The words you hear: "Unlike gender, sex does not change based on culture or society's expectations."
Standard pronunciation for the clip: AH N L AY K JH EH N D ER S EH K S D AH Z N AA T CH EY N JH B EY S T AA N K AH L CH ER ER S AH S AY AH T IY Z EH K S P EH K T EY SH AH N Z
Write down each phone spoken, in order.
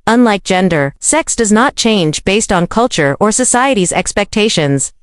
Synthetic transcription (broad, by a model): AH N L AY K JH EH N D ER S EH K S D AH Z N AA T CH EY N JH B EY S T N K AH L CH ER ER S AH S AY AH T IY Z EH K S P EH K T EY SH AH N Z